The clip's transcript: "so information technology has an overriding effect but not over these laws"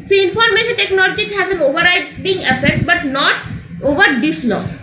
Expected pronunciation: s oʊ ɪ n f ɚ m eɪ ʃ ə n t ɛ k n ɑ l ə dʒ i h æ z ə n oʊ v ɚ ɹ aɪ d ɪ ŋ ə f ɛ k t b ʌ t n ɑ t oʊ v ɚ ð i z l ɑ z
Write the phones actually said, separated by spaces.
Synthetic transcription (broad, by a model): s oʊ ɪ n f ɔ m eɪ ʃ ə n t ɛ k n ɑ l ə dʒ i h æ z ə n oʊ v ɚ ɹ aɪ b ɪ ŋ ə f ɛ k t b ʌ t n ɑ t oʊ v ɚ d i s l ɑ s